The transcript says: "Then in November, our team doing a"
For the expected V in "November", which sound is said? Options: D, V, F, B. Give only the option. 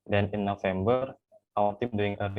F